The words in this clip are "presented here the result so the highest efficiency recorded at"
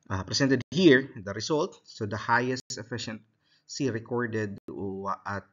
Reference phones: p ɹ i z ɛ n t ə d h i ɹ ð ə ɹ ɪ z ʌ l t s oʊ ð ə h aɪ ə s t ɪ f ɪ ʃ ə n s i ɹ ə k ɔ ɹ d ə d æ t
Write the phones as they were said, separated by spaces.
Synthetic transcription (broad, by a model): p ɹ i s ɛ n t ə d h i ɹ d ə ɹ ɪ s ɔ l t s oʊ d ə h aɪ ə s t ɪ f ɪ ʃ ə n s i ɹ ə k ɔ ɹ d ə d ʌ t